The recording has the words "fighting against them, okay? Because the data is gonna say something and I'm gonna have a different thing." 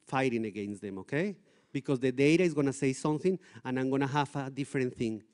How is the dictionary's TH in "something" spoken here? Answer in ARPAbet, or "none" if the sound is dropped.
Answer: TH